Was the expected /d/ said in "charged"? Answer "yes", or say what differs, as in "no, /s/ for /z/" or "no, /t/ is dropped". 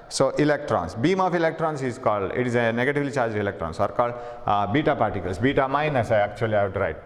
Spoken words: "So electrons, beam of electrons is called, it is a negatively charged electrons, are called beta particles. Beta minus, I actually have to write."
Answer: no, /d/ is dropped